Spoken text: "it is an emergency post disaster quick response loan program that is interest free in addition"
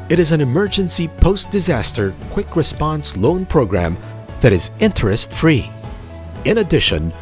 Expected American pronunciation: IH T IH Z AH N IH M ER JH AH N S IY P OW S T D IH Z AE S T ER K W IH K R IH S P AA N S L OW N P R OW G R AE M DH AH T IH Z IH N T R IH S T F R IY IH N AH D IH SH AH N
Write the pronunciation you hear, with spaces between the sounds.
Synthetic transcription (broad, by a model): IH T IH Z AH N IH M ER JH AH N S IY P OW S D IH Z AE S T ER K W IH K R IH S P AA N S L OW N P R OW G R AE M DH AH T IH Z IH N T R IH S T F R IY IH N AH D IH SH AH N